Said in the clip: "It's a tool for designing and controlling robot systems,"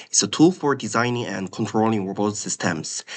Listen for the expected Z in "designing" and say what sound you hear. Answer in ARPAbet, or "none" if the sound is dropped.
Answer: Z